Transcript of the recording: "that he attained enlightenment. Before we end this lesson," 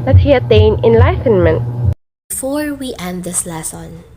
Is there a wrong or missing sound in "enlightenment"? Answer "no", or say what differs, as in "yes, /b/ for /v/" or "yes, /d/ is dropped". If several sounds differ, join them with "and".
no